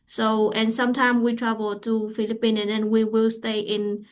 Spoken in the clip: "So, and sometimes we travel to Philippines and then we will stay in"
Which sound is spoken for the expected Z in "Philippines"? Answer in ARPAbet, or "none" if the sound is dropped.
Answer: none